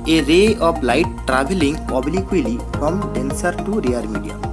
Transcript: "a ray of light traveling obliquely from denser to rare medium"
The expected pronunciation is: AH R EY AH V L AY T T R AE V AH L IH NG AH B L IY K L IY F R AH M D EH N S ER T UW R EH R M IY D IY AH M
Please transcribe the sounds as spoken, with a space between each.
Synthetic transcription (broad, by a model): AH R EY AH P L AY T T R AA B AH L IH NG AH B L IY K L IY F R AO M D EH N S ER T UW R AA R M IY D IY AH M